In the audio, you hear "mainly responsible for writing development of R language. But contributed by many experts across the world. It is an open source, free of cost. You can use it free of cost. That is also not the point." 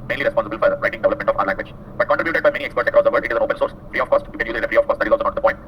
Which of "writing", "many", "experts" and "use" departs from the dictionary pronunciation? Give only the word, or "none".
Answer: use